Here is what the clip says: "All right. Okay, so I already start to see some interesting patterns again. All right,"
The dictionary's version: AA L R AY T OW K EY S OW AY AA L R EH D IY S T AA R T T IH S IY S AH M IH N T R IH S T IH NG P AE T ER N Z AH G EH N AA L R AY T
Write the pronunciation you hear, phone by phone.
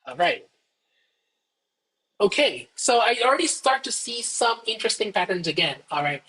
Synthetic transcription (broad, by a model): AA R AY T OW K EY S OW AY AA L R EH D IY S T AA R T T IH S IY S AH M IH N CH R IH S T IH NG P AE T ER N Z AH G EH N AA L R AY T